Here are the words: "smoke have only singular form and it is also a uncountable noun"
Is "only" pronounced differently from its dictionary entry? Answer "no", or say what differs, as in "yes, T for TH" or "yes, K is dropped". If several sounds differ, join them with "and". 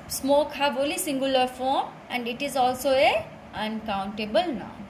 yes, N is dropped